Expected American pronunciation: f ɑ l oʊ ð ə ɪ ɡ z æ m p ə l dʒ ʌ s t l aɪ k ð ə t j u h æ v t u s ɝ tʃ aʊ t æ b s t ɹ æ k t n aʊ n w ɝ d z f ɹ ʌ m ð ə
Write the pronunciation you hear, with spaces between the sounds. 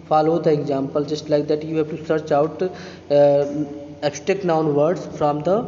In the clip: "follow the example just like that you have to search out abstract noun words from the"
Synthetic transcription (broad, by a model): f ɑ l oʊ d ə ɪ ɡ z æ m p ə l dʒ ʌ s t l aɪ k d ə t j u h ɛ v t u s ɝ tʃ aʊ t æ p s t ɛ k n aʊ n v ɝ d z f ɹ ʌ m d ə